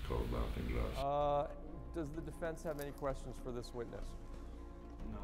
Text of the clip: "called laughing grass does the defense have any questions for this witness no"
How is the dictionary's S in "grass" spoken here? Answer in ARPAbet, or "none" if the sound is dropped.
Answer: none